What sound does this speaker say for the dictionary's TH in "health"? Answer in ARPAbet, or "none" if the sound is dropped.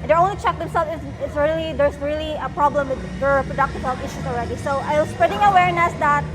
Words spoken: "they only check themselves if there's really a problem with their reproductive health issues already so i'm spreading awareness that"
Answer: T